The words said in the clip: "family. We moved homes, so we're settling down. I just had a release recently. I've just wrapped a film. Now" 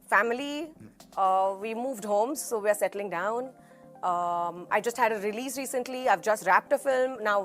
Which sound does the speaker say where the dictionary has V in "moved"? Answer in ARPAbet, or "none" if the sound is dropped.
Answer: V